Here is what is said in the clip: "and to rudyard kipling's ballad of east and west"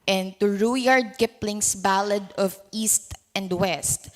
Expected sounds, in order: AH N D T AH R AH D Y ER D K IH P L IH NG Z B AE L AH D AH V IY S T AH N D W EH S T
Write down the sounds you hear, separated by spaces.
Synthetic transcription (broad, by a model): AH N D T AH R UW Y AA D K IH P L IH NG S B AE L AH D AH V IY S T AH N D W EH S T